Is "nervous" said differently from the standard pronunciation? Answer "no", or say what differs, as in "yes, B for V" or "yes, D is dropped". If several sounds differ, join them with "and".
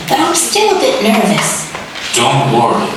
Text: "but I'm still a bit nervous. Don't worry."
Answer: no